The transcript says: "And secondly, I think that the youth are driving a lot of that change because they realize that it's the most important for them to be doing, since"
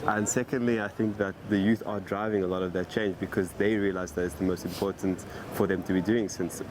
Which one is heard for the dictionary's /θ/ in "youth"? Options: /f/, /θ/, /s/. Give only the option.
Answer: /θ/